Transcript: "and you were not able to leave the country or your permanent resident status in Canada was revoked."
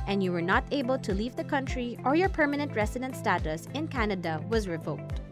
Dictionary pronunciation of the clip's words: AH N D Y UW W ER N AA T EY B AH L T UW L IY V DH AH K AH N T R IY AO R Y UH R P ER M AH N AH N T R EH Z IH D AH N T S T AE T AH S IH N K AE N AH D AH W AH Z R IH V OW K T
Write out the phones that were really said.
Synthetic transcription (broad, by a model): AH N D Y UW W ER N AA T EY B AH L T UW L IY V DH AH K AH N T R IY AO R Y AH R P ER M AH N AH N T R EH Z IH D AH N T S T AE T AH S IH N K AE N AH D AH W AH Z R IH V OW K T